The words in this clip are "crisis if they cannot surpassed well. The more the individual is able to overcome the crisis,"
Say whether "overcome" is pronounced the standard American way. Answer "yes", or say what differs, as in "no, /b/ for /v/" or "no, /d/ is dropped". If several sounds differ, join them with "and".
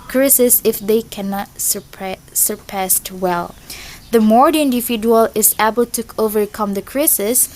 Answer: yes